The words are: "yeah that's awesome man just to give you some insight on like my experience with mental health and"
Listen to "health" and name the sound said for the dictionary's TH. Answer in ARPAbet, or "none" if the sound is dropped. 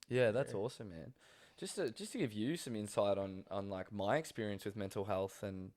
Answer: TH